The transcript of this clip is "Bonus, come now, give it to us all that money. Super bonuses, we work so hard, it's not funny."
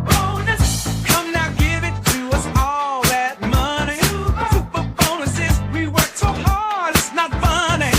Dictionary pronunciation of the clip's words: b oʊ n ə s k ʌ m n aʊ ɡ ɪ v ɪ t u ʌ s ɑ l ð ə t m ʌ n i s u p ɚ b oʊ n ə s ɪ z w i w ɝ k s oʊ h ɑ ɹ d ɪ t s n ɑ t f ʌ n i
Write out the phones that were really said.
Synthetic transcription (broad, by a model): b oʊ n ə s k ʌ m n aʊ ɡ ɪ v ɪ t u ʌ s ɑ l ð ə t m ʌ n i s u p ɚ b oʊ n ə s ɪ z w i w ɝ k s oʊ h ɑ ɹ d ɪ t s n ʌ t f ʌ n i